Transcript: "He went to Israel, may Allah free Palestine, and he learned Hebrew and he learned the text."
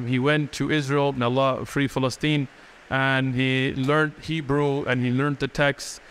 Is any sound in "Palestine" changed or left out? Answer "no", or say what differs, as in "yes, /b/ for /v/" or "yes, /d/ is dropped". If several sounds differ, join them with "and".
yes, /f/ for /p/